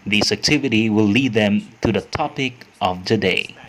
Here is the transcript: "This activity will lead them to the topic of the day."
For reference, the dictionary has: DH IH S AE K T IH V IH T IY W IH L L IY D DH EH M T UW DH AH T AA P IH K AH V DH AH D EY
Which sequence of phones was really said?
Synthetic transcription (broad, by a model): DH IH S AE K T IH V IH T IY W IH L L IY D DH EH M T UW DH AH T AA P IH K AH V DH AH D EY